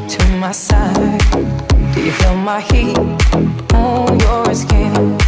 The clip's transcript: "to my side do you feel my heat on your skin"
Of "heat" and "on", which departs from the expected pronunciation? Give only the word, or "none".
on